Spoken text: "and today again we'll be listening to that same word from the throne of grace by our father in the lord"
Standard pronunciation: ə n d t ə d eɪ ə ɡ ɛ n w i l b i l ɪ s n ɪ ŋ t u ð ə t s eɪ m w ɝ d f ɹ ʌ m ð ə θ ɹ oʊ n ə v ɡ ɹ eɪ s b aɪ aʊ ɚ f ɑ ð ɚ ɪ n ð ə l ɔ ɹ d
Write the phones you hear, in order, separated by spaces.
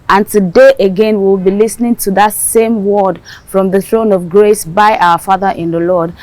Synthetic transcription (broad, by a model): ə n t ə d eɪ ə ɡ ɛ n w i w b i l ɪ s n ɪ ŋ t u ð ə t s eɪ m w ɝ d f ɹ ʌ m ð ə θ ɹ oʊ n ə v ɡ ɹ eɪ s b aɪ aʊ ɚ f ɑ ð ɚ ɪ n ð ə l ɔ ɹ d